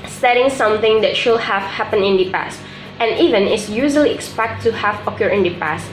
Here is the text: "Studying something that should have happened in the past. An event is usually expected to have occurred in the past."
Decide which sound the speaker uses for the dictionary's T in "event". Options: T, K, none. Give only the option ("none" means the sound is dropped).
none